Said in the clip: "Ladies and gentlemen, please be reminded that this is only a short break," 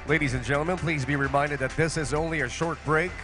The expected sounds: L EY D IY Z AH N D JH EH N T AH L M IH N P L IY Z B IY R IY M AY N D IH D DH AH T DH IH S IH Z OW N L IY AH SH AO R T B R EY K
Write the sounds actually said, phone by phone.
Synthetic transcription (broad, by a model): L EY D IY Z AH N JH EH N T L M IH N P L IY Z B IY R IY M AY N D IH D DH AH T DH IH S IH Z OW N L IY AH SH AO R T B R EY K